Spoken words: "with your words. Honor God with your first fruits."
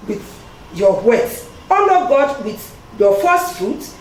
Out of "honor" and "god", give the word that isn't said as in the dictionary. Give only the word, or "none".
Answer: honor